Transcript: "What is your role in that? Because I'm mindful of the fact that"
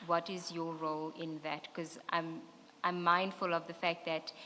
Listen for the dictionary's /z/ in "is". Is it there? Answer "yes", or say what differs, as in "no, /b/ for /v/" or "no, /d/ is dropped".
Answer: yes